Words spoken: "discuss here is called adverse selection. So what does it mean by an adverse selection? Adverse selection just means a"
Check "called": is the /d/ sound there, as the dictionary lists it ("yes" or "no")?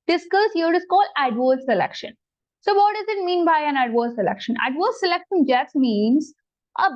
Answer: no